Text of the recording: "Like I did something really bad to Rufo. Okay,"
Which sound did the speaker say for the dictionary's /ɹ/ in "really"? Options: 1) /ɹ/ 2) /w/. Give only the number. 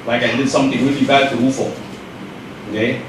2